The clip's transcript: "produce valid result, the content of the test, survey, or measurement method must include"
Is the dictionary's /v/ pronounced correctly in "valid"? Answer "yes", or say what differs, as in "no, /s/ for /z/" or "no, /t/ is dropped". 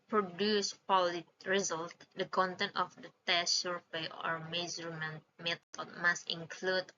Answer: no, /p/ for /v/